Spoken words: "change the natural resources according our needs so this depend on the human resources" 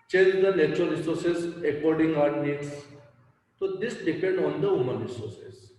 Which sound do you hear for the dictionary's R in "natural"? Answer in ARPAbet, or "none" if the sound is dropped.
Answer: none